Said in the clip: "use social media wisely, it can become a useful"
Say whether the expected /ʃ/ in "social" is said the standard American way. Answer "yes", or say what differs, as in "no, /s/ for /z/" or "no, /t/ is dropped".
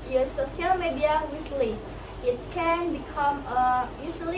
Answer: no, /ʃ/ is dropped